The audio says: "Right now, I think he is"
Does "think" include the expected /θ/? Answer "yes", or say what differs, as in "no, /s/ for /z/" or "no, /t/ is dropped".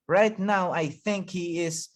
yes